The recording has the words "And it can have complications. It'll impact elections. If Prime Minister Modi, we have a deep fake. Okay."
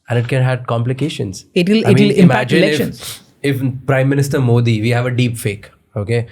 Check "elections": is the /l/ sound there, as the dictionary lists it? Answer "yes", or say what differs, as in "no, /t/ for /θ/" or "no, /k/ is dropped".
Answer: no, /l/ is dropped